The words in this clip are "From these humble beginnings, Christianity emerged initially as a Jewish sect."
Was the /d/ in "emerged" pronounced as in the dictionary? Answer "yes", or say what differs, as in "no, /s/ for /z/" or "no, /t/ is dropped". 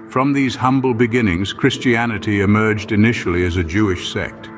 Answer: yes